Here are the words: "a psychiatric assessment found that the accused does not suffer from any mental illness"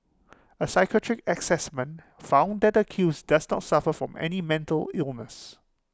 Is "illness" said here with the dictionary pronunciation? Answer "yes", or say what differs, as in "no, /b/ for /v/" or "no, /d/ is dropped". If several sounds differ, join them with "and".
yes